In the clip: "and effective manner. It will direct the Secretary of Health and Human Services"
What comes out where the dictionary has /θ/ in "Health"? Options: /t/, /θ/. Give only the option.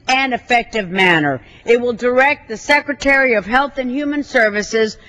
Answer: /θ/